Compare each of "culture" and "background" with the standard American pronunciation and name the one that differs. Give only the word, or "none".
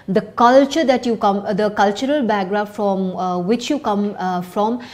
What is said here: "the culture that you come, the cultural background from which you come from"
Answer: background